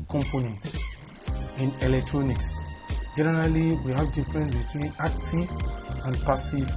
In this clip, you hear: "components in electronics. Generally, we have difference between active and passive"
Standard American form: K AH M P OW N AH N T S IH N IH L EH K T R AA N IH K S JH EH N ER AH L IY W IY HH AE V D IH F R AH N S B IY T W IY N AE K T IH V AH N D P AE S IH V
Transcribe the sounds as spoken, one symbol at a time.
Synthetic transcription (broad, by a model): K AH M P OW N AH N T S IH N IH L EH K T R AA N IH K S JH EH N ER AH L IY W IY HH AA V D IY F R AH N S B IY T W IY N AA K T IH V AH N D P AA S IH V